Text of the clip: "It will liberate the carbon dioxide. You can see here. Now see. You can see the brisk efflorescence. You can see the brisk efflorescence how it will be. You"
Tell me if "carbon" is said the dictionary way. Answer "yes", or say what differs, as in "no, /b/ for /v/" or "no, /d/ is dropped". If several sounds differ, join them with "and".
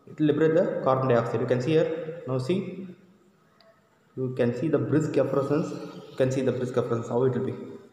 no, /b/ is dropped